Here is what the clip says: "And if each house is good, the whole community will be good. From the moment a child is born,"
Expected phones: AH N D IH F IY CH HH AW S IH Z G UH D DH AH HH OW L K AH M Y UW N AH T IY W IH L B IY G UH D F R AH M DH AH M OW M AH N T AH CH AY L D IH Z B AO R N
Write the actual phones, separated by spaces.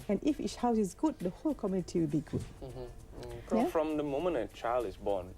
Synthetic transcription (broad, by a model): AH N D IH F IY S HH AW S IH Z G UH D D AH HH OW L K AH M Y UW N AH T IY W IH L B IY G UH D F R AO M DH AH M OW M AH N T AH CH AY L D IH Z B AO N